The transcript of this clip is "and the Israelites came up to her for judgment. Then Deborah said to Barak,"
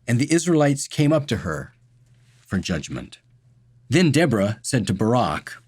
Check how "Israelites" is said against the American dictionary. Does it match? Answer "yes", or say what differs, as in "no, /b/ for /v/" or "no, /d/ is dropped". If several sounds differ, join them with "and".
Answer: yes